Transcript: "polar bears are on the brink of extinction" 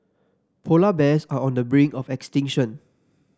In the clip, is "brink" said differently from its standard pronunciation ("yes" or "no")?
yes